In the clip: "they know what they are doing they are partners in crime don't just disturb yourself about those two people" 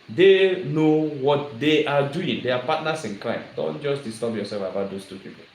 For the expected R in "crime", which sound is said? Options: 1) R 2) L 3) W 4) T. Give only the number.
2